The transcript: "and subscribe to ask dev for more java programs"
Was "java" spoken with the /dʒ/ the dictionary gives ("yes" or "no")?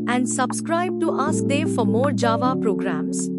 yes